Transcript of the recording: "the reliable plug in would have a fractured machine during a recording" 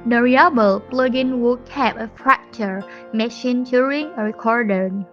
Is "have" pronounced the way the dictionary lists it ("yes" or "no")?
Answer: no